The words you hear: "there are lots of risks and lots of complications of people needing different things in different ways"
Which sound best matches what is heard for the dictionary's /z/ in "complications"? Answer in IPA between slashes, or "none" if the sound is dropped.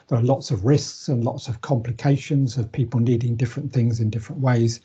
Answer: /z/